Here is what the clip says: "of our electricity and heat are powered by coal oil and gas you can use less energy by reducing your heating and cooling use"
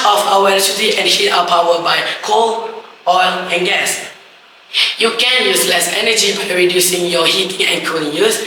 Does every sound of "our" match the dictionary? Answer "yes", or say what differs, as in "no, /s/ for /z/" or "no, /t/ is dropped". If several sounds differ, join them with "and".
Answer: no, /w/ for /ɹ/